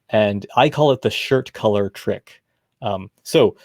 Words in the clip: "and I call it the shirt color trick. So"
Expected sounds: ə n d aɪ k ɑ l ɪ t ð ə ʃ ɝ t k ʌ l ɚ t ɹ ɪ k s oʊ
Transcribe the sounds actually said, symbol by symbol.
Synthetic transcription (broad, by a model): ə n aɪ k ɑ l ɪ t ð ə ʃ ɝ t k ʌ l ɚ t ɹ ɪ k s oʊ